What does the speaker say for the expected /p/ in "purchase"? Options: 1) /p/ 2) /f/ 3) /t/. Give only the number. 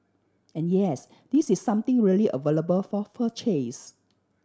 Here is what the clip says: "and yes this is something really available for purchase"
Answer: 2